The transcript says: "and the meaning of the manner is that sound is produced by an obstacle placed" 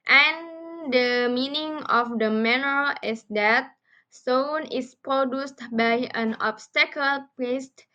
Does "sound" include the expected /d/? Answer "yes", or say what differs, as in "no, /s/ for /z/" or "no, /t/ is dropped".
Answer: no, /d/ is dropped